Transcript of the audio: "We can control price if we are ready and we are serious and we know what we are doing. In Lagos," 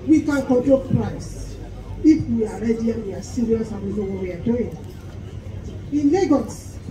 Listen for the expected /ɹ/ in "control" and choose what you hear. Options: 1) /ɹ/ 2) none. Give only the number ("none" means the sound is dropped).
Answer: 2